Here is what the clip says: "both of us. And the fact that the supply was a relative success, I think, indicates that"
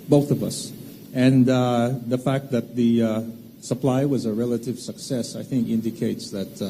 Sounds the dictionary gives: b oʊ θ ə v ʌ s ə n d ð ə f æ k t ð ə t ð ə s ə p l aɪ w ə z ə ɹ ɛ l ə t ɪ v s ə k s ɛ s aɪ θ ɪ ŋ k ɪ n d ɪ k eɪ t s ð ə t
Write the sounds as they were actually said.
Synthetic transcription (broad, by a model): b oʊ θ ə v ʌ s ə n ð ə f æ k t ð ə t ð ə s ə p l aɪ w ə z ə ɹ ɛ l ə t ɪ v s ə k s ɛ s aɪ θ ɪ ŋ k ɪ n d ɪ k eɪ t s ð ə t